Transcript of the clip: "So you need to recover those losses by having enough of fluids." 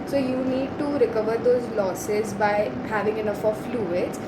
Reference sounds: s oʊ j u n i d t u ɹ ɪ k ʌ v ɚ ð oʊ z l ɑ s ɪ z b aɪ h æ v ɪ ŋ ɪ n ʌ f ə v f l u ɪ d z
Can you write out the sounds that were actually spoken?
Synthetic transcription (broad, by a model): s oʊ j u n i d t u ɹ ɪ k ʌ v ɚ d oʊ z l ɑ s ɪ z b aɪ h æ v ɪ ŋ ɪ n ʌ f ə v f l u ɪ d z